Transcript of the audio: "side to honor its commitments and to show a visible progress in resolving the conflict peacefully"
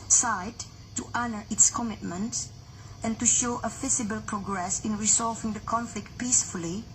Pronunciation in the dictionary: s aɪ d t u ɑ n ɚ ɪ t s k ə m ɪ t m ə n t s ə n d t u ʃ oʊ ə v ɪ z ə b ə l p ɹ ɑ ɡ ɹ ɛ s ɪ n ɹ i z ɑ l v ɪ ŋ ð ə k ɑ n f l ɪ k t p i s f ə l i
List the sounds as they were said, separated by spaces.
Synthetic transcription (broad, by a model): s aɪ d t u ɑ n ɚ ɪ t s k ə m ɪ t m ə n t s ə n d t u ʃ oʊ ə f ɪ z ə b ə l p ɹ ɑ ɡ ɹ ɛ s ɪ n ɹ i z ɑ l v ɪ ŋ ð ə k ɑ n f l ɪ k t p i s f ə l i